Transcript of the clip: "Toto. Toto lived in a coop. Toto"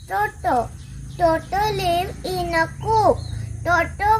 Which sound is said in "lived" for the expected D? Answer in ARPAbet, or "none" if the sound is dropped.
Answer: none